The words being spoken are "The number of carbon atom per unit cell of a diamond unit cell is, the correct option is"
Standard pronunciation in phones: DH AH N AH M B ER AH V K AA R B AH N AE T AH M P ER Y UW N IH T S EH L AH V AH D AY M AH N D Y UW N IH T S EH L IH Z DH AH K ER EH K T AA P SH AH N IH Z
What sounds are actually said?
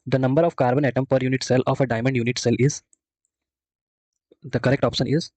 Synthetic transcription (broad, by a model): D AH N AH M B ER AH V K AA R B AH N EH T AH M P ER Y UW N IH T S EH L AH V AH D AY M AH N D Y UW N IH T S EH L IH Z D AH K ER EH K T AA P SH AH N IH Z